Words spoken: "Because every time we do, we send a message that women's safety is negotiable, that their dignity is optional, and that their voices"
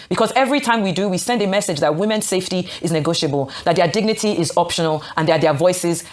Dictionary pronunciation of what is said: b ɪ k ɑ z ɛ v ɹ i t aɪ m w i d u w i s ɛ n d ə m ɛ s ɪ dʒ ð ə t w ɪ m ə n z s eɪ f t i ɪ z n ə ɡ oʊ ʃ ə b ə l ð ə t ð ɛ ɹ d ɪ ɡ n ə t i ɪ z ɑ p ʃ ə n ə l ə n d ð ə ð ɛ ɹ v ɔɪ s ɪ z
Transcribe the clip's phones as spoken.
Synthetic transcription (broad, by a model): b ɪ k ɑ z ɛ v ɹ i t aɪ m w i d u w i s ɛ n d ə m ɛ s ɪ dʒ ð ə t w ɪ m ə n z s eɪ f t i ɪ z n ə ɡ oʊ ʃ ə b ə l ð ə t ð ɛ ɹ d ɪ ɡ n ə t i ɪ z ɑ p ʃ ə n ə l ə n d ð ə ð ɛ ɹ v ɔɪ s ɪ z